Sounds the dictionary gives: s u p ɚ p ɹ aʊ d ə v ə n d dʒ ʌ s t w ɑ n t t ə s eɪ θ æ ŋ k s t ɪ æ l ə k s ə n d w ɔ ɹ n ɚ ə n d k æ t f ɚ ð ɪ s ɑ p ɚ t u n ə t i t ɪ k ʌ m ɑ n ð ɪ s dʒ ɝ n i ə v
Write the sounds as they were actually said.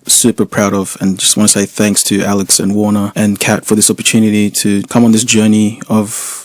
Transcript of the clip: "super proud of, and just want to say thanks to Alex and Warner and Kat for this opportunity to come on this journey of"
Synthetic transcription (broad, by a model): s u p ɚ p ɹ aʊ d ə v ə n dʒ ʌ s t w ɑ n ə s eɪ θ æ ŋ k s t ɪ æ l ə k s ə n w ɔ ɹ n ɚ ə n k æ t f ɚ ð ɪ s ɑ p ɚ t u n ə t i t ɪ k ʌ m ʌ n ð ɪ s dʒ ɝ n i ə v